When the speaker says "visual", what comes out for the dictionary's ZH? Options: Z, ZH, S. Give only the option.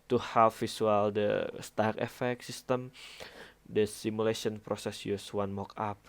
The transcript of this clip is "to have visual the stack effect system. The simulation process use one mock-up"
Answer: S